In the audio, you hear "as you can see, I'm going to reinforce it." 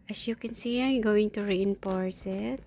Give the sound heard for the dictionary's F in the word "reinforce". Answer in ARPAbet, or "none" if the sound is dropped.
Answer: P